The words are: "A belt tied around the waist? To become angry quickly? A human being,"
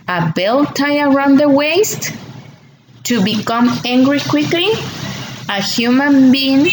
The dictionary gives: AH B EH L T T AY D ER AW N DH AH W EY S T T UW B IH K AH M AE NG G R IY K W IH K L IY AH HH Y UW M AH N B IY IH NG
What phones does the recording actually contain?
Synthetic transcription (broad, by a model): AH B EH L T T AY ER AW N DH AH W EY S T T UW B IH K AH M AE NG G R IY K W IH K L IY AH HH Y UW M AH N B IY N